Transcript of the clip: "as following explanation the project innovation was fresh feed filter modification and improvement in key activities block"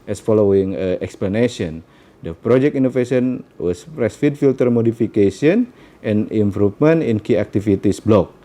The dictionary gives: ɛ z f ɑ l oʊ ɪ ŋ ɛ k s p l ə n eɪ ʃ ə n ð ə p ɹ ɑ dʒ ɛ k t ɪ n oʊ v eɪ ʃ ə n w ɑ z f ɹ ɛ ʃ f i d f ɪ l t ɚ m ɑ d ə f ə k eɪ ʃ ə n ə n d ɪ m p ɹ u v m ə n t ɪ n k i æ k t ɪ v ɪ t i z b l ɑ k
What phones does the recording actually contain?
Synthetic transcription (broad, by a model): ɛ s f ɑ l oʊ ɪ ŋ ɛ k s p l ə n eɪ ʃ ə n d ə p ɹ ɑ dʒ ɛ k t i n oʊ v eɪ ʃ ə n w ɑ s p ɹ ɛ s f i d f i l t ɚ m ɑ d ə f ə k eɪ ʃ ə n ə n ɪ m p ɹ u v m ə n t ɪ n k i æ k t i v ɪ t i s b l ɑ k